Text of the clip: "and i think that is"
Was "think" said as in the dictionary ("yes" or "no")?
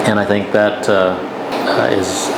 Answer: yes